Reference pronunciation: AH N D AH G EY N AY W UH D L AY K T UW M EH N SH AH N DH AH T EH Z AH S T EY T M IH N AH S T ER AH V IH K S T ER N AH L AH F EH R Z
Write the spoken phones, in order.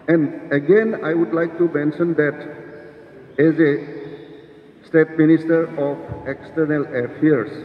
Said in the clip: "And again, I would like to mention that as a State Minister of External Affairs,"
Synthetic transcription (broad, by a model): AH N D AH G EY N AY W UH D L AY K T UW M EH N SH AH N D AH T EH Z AH S T EY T M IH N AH S T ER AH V IH K S T ER N AH L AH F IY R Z